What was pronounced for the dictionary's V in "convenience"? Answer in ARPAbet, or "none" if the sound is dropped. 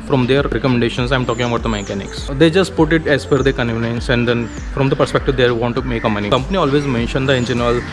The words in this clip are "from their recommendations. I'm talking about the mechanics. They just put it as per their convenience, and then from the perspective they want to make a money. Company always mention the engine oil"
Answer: none